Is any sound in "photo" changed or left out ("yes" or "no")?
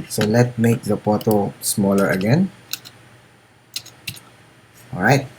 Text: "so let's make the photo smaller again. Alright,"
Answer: yes